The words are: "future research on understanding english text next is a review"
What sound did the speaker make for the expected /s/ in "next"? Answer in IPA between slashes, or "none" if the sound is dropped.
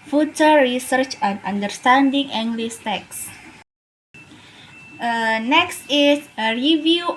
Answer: /s/